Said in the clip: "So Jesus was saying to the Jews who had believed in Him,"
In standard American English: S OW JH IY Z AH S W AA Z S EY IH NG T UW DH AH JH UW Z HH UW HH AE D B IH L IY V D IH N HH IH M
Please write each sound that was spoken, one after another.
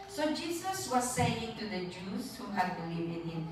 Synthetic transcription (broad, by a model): S OW JH IY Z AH S W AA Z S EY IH NG T UW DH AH JH UW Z HH UW HH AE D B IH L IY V IH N HH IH M